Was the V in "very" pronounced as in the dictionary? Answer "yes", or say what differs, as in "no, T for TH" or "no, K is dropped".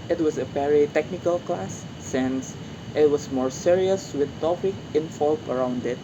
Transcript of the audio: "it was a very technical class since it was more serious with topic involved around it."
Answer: no, P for V